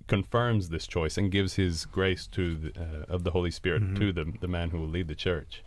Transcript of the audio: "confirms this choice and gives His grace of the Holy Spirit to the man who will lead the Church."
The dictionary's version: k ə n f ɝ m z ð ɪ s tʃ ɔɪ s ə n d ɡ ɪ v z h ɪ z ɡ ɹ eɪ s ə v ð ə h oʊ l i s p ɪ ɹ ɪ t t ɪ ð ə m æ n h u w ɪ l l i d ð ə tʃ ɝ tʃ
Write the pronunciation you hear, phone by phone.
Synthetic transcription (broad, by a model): k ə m f ɝ m z ð ɪ s tʃ ɔɪ s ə n ɡ ɪ v z h ɪ z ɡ ɹ eɪ s ə v ð ə h oʊ l i s p ɪ ɹ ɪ t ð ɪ ð ə m æ n h u w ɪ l l i d ð ə tʃ ɝ tʃ